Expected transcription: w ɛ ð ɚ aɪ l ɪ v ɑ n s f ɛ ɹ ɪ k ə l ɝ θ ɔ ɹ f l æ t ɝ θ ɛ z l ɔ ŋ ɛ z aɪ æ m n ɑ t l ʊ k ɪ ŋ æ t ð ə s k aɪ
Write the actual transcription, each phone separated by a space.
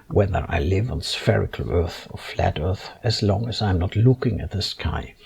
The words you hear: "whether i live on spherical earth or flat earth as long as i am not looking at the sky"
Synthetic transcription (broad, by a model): w ɛ ð ɚ aɪ l ɪ v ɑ n s f ɛ ɹ ɪ k ə l ɝ θ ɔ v f l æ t ɝ θ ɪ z l ɔ ŋ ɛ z aɪ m n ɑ t l ʊ k ɪ ŋ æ t ð ə s k aɪ